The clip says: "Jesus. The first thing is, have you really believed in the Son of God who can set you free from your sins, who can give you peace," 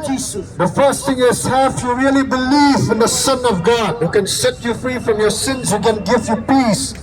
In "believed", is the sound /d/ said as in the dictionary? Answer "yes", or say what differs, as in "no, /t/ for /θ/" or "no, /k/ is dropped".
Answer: no, /d/ is dropped